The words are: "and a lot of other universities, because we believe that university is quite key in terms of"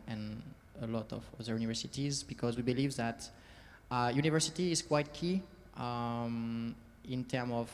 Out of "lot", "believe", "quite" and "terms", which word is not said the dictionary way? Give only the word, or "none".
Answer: terms